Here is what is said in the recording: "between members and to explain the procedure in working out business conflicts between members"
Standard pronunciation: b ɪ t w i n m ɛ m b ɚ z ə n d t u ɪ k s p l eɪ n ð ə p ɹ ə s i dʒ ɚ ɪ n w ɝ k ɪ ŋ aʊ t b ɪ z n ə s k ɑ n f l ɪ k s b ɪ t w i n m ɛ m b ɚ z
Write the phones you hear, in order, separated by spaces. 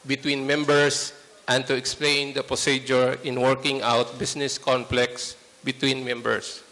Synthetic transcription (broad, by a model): b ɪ t w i n m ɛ m b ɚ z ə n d t u ɪ k s p l eɪ n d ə p ɹ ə s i dʒ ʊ ɪ n w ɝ k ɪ ŋ aʊ t b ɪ s n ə s k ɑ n p l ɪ k s b ɪ t w i n m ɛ m b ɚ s